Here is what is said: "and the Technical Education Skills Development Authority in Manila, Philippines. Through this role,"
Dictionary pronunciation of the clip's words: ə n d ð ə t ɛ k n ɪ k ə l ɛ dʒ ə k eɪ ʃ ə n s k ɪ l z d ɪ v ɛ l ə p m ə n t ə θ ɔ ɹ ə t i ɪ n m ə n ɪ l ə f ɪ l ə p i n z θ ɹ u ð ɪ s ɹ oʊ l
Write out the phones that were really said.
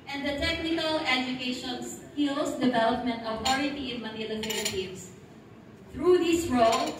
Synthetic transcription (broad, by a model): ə n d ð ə t ɛ k n ɪ k ə l ɛ dʒ ə k eɪ ʃ ə n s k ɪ l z d ɪ v ɛ l ə p m ə n t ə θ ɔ ɹ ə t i ɪ n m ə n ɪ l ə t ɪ n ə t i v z θ ɹ u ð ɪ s ɹ oʊ l